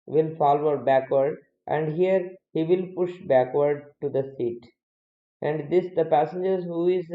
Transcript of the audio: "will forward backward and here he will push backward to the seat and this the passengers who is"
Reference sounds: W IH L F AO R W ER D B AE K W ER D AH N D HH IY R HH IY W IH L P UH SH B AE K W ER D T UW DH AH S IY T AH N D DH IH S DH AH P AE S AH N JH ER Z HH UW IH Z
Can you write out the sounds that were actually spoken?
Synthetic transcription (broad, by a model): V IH L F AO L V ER D B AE K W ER D AH N D HH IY R HH IY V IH L P UH SH B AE K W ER D T UW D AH S IY T AH N D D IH S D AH P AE S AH N JH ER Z HH UW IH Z